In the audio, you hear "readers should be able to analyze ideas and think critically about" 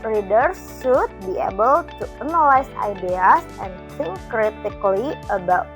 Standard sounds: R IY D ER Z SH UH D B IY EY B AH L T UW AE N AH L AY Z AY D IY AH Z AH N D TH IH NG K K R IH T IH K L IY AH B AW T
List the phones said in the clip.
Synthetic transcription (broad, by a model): R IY D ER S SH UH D B IY EY B AH L T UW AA N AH L AY S AY D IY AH S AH N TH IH NG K K R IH T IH K L IY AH B AW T